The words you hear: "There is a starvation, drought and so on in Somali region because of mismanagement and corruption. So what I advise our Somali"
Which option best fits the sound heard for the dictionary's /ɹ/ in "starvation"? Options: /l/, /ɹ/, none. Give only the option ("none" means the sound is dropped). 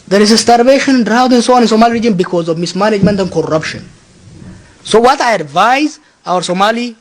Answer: /ɹ/